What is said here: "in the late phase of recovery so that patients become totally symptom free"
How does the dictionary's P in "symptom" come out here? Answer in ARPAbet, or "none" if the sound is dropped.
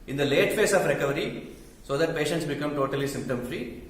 P